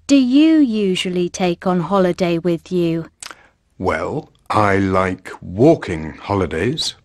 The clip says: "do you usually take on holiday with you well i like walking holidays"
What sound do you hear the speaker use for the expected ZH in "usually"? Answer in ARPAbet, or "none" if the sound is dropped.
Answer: ZH